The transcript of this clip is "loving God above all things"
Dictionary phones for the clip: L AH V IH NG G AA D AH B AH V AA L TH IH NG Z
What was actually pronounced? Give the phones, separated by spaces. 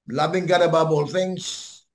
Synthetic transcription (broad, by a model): L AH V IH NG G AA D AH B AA B AA L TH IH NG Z